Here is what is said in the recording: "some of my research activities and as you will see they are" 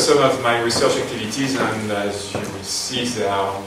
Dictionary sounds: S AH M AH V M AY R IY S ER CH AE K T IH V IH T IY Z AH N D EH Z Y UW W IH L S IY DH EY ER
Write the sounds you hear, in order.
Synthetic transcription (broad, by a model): S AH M AH V M AY R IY S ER CH AE K T IH V IH T IY Z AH N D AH Z Y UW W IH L S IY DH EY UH